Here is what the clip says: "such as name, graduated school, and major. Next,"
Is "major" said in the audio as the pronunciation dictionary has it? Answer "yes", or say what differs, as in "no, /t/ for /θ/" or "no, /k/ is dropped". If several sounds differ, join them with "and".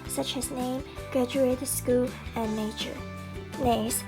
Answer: no, /tʃ/ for /dʒ/